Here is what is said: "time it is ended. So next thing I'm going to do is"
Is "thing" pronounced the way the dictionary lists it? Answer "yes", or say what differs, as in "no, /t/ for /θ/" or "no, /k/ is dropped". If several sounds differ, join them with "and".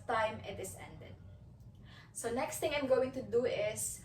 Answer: no, /t/ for /θ/